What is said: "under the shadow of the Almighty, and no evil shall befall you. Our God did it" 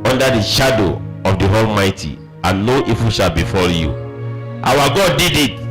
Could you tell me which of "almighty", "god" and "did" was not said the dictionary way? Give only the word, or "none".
none